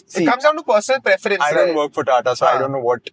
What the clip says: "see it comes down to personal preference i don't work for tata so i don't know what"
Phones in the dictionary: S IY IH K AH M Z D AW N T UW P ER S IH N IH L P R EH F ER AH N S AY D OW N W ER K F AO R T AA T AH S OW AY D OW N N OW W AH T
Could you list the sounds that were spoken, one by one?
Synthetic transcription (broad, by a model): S IH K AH M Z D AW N T UW P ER S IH N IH L P R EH F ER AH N AY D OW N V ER K F AO R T AA T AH S OW AY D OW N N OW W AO T